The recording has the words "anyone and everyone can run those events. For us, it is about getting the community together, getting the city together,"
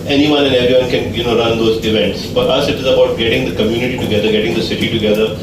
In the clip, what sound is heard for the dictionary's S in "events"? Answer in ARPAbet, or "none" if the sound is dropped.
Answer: S